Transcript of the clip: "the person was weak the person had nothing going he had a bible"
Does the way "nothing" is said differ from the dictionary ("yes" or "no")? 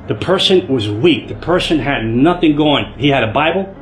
no